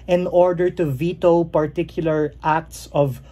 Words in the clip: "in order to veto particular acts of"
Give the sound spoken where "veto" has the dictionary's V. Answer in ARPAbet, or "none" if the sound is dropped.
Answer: V